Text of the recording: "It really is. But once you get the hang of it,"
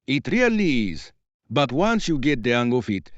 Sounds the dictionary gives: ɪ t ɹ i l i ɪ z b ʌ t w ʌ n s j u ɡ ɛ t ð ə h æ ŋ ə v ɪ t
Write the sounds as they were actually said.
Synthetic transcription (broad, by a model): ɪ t ɹ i l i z b ʌ t w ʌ n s j u ɡ ɛ t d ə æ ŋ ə f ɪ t